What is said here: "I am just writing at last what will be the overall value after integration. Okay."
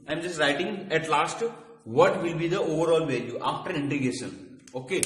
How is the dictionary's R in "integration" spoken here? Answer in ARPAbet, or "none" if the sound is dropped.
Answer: none